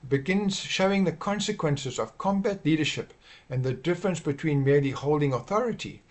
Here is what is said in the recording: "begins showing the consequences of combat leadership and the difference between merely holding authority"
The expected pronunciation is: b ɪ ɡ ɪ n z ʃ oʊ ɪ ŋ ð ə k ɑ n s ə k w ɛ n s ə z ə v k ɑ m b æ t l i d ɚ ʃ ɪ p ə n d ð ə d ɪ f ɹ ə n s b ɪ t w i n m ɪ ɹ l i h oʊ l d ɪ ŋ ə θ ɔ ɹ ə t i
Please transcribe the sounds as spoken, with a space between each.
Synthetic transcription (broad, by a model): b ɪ ɡ ɪ n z ʃ oʊ ɪ ŋ ð ə k ɑ n s ə k w ɛ n s ə z ə v k ɑ m b æ t l i d ɚ ʃ ɪ p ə n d ð ə d ɪ f ɹ ə n s b ɪ t w i n m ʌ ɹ l i h oʊ l d ɪ ŋ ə θ ɔ ɹ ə t i